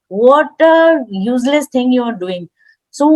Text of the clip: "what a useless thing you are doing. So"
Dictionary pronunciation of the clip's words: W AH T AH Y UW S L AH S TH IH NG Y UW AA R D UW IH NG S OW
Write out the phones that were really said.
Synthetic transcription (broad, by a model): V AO T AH Y UW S L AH S T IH NG Y UW AA R D UW IH NG S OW